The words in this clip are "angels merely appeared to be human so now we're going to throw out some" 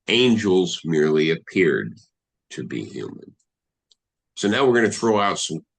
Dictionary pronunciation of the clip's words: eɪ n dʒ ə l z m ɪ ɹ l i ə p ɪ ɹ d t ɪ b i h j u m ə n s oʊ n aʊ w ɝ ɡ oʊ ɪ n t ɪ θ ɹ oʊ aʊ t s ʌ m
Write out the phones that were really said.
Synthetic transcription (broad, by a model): eɪ n dʒ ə l z m ɪ ɹ l i ə p ɪ ɹ d t ɪ b i h j u m ə n s oʊ n aʊ w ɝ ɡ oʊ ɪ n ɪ θ ɹ oʊ aʊ t s ʌ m